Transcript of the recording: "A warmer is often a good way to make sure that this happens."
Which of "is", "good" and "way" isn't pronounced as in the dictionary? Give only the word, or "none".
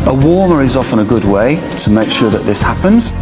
none